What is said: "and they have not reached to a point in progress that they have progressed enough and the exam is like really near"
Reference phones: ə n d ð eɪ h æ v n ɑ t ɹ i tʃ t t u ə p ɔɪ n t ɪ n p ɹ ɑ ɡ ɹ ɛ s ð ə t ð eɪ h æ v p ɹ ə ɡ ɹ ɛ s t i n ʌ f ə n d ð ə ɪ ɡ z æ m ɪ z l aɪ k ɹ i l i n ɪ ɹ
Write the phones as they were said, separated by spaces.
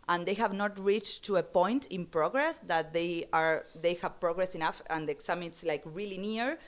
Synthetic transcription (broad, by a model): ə n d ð eɪ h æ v n ɑ t ɹ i tʃ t t u ə p ɔɪ n t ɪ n p ɹ ɑ ɡ ɹ ɛ s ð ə t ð eɪ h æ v p ɹ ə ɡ ɹ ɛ s i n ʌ f ə n d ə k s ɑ m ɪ s l aɪ k ɹ i l i n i ɹ